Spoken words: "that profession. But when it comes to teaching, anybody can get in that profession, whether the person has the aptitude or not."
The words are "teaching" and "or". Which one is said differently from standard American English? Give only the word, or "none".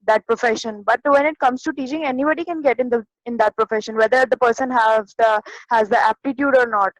none